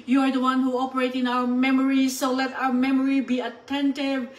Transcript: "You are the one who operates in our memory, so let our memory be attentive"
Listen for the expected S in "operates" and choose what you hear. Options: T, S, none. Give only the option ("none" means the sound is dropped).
none